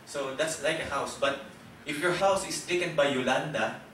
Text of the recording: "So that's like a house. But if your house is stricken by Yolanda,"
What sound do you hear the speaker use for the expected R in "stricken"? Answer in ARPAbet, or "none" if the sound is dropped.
none